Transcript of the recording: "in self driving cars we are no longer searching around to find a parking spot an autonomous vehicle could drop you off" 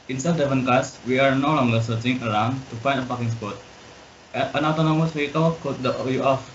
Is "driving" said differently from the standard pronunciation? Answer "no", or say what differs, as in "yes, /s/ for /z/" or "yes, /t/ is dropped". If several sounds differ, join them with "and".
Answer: yes, /ɹ/ is dropped